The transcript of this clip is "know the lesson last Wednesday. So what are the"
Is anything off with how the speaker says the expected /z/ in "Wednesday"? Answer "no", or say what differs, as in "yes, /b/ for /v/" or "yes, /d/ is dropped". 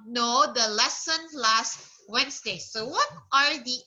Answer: yes, /s/ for /z/